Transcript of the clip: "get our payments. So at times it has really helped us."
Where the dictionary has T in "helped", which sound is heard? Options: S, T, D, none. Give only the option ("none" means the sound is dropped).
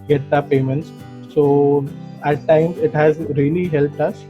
T